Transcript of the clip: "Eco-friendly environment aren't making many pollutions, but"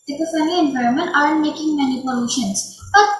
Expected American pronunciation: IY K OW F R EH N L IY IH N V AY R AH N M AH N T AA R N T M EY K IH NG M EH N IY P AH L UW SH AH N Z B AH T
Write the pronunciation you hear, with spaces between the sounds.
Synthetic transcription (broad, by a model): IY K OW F EH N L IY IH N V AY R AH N M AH N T AA R N T M EY K IH NG M EH N IY P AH L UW SH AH N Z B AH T